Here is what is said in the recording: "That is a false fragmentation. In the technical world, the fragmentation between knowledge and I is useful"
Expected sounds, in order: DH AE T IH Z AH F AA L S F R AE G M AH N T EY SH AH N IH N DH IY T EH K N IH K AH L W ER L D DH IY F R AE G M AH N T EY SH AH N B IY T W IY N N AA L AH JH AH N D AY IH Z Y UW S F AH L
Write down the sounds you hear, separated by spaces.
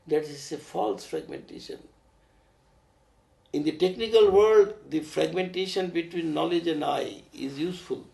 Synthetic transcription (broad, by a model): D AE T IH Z AH F AA L S F R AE G M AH N T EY SH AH N IH N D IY T EH K N IH K AH L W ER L D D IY F R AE G M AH N T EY SH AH N B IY T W IY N N AA L AH JH AH N D AY IH Z Y UW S F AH L